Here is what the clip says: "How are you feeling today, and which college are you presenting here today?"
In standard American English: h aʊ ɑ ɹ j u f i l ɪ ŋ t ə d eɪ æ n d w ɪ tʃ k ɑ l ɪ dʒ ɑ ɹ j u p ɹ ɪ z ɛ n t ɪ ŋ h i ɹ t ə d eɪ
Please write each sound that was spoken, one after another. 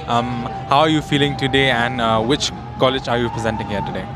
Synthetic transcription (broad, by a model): h aʊ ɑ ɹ j u f i l ɪ ŋ t ə d eɪ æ n d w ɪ tʃ k ɑ l ɪ dʒ ɑ ɹ j u p ɹ ɪ z ɛ n t ɪ ŋ h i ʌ t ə d eɪ